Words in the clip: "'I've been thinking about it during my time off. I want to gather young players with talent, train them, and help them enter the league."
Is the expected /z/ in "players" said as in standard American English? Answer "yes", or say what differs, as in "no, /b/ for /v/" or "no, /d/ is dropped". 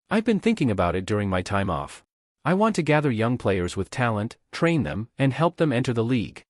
yes